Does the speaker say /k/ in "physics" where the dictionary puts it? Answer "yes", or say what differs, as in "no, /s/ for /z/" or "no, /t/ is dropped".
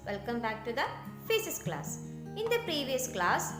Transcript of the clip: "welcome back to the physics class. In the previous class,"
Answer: no, /k/ is dropped